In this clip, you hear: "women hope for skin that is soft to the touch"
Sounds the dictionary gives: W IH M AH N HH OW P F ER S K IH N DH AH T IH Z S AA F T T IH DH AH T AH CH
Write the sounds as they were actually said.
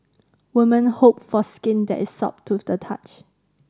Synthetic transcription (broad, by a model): W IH M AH N HH OW P F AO S K IH N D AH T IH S AA P T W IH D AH T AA CH